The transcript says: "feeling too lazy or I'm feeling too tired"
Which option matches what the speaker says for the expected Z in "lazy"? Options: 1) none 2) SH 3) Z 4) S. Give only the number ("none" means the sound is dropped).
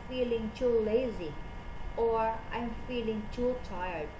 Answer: 3